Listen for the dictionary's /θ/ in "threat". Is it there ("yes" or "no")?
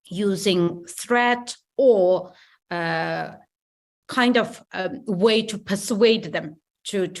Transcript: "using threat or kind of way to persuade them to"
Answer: yes